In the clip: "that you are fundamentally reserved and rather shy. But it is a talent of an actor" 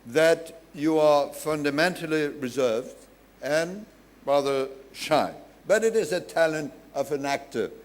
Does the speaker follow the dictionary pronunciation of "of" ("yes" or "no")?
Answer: yes